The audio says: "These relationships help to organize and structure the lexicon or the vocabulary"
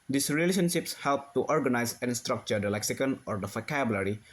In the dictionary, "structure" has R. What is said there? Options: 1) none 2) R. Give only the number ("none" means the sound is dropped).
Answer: 2